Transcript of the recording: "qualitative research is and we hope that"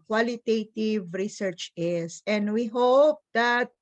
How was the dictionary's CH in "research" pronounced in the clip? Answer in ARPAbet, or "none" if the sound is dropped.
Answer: CH